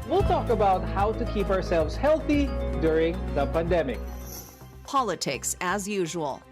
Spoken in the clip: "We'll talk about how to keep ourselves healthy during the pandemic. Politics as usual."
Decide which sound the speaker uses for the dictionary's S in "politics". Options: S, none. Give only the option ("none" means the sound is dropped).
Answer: S